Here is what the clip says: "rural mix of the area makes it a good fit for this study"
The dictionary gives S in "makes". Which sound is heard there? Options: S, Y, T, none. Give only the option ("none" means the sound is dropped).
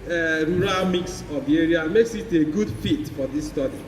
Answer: S